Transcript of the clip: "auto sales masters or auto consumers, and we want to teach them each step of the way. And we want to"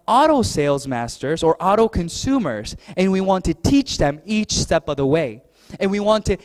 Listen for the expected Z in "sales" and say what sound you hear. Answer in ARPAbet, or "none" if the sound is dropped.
Z